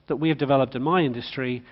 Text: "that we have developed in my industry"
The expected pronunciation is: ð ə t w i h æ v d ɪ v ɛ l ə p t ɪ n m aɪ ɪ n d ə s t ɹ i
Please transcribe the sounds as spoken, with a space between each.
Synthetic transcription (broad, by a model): ð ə t w i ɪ v d ɪ v ɛ l ə p t ɪ n m aɪ ɪ n d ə s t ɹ i